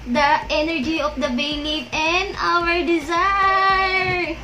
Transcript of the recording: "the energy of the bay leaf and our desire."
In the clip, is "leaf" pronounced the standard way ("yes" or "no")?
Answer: no